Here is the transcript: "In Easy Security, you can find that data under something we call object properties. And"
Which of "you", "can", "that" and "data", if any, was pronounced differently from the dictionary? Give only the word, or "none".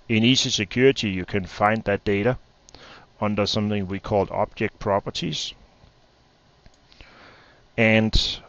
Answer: none